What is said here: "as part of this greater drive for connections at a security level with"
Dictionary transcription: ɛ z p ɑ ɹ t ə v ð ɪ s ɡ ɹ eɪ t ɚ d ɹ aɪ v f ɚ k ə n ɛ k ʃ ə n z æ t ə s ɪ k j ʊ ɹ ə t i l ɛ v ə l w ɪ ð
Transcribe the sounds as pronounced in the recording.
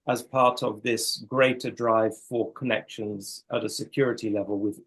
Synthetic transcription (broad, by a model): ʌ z p ɑ ɹ t ə v ð ɪ s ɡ ɹ eɪ t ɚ d ɹ aɪ v f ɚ k ə n ɛ k ʃ ə n z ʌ t ə s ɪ k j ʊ ɹ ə t i l ɛ v ə l w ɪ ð